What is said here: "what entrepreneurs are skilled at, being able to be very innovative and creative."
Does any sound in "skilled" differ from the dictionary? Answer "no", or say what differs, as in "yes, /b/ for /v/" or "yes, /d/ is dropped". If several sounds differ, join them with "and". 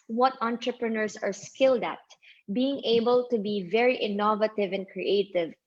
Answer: no